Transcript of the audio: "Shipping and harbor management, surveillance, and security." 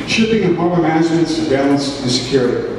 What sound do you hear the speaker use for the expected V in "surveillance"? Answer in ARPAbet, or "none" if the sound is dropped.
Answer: B